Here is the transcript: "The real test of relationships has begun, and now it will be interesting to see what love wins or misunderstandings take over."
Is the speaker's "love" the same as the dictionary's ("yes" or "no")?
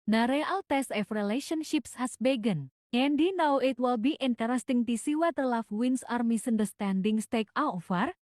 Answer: no